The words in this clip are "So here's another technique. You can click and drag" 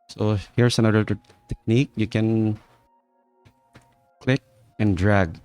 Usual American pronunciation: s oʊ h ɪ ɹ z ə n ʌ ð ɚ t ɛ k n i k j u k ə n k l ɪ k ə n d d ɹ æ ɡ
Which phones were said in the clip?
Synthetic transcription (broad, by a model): s oʊ h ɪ ɹ s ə n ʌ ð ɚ t ɛ k n i k j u k ə n k l ɪ k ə n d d ɹ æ ɡ